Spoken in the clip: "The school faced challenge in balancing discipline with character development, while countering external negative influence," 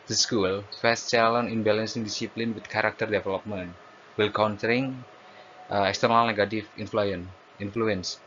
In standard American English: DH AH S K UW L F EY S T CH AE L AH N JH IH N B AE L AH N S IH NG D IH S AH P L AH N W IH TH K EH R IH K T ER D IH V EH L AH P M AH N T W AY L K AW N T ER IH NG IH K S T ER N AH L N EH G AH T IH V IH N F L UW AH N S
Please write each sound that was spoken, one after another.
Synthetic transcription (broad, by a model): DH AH S K UW L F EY S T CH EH L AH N IH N B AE L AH N S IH NG D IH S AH P L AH N W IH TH K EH R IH K T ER D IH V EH L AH P M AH N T W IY L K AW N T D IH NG IH K S T ER N AH L N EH G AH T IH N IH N F L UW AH N S